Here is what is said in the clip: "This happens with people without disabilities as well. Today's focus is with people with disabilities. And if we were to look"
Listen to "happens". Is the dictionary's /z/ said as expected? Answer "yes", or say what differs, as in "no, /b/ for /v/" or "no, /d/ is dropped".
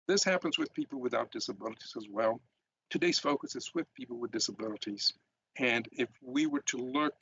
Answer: yes